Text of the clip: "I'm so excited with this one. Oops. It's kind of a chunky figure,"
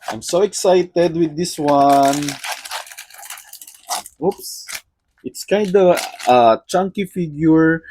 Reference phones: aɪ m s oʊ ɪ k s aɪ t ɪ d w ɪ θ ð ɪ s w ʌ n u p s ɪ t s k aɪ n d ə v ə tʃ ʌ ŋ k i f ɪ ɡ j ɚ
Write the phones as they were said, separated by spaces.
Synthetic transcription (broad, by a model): aɪ m s oʊ ɪ k s aɪ t ɪ d w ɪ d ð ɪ s w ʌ n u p s ɪ t s k aɪ n d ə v ə tʃ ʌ ŋ k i f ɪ ɡ j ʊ